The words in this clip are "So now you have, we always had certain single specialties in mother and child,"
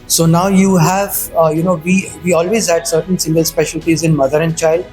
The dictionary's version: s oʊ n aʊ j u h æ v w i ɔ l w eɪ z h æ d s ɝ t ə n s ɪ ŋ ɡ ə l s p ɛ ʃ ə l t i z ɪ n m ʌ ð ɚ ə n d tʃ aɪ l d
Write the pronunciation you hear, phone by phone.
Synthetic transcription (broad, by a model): s oʊ n aʊ j u h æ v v i ɔ l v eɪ z h æ d s ɝ t ə n s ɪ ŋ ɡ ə l s p ɛ ʃ ə l t i z ɪ n m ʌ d ɚ ə n d tʃ aɪ l d